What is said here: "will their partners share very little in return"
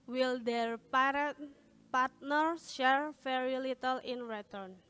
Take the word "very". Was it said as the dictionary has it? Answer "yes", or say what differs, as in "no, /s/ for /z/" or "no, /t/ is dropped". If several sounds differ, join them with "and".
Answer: no, /f/ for /v/